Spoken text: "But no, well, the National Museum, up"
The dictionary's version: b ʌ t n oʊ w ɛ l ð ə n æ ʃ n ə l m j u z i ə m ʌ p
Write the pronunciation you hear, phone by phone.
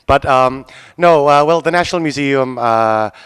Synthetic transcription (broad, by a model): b ʌ t n oʊ w ɛ l ð ə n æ ʃ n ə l m j u z i ə m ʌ